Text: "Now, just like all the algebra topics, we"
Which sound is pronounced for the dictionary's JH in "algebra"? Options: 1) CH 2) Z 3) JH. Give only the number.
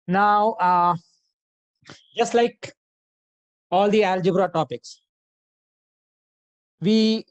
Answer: 3